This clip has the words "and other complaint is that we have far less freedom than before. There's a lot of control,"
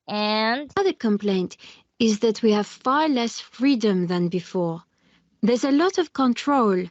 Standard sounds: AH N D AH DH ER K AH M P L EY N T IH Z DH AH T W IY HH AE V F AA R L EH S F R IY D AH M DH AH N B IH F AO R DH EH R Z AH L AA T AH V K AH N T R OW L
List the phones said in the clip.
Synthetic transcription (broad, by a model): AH N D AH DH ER K AH M P L EY N T IH Z DH AH T W IY HH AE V F AA R L EH S F R IY D AH M DH AH N B IH F AO R DH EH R Z AH L AA T AH V K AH N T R OW L